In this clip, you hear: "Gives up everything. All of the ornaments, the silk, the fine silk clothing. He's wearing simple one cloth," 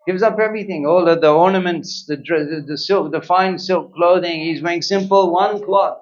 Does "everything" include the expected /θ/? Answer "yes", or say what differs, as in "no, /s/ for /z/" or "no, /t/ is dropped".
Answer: yes